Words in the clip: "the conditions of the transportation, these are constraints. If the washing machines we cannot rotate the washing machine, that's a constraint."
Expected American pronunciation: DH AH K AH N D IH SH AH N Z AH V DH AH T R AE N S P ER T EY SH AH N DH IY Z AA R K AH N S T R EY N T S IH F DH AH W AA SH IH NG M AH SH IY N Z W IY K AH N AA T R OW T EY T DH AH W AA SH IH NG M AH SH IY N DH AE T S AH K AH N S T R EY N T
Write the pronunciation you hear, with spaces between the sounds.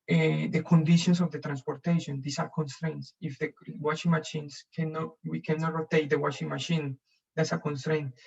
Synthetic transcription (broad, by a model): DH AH K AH N D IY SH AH N S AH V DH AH T R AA N S P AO T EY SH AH N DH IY S AA R K AH N S T R EY N T S IH F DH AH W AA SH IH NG M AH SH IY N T W IY K AH N AA T R OW T EY T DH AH W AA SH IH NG M AH SH IY N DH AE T S AH K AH N S T R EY N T